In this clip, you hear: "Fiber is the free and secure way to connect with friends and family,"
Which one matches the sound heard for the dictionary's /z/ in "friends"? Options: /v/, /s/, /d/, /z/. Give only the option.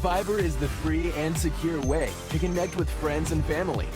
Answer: /z/